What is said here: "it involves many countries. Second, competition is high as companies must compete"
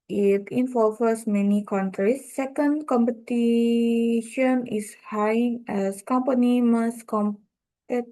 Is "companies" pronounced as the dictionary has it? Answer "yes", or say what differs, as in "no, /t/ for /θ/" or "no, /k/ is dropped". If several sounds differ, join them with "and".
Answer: no, /z/ is dropped